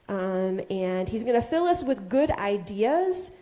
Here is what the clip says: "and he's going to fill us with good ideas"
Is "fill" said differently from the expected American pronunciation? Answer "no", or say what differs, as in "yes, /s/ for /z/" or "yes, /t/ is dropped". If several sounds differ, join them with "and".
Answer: no